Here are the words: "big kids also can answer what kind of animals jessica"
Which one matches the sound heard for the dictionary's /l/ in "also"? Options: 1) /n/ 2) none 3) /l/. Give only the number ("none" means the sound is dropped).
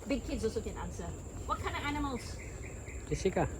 2